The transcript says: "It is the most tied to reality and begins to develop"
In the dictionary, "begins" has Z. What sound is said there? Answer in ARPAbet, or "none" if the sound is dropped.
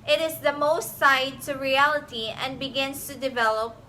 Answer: S